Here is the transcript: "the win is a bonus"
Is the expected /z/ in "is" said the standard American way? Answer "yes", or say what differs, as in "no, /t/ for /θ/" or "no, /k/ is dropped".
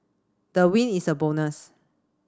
no, /s/ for /z/